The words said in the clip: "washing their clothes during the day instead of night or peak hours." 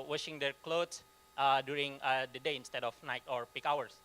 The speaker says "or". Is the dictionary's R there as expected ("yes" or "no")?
yes